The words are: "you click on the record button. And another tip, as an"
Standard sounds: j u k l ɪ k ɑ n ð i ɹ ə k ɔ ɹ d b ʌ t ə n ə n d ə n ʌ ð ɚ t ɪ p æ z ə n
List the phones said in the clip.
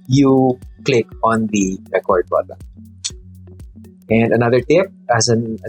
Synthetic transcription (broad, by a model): j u k l ɪ k ɑ n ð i ɹ ə k ɔ ɹ d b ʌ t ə ə n d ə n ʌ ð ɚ t ɪ p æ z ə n